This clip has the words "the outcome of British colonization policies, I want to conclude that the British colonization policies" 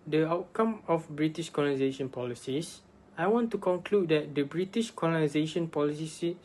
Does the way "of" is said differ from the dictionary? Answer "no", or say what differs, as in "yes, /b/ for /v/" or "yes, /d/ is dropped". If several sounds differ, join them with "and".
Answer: yes, /f/ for /v/